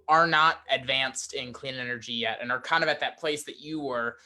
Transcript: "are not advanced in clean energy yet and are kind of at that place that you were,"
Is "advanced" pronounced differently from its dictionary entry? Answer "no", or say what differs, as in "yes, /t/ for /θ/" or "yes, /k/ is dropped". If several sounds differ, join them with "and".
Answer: no